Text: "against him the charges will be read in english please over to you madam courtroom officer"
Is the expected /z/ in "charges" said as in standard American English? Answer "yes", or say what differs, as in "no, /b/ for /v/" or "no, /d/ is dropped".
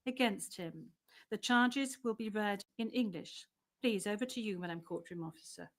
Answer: yes